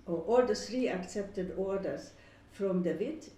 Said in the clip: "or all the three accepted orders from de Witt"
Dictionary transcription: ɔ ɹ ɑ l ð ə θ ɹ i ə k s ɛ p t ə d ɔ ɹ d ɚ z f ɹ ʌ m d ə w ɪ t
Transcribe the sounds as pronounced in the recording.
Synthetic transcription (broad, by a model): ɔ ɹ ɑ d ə s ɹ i ə k s ɛ p t ə d ɔ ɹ d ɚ s f ɹ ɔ m d ə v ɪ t